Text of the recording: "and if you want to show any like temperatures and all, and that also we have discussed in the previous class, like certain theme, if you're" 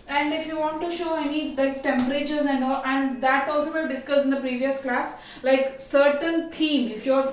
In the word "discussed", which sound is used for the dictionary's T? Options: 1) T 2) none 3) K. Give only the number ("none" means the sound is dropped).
2